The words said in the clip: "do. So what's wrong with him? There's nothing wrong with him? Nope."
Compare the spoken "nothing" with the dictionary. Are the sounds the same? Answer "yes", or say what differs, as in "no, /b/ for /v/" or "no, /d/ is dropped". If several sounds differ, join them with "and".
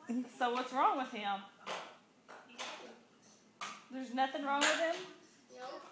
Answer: yes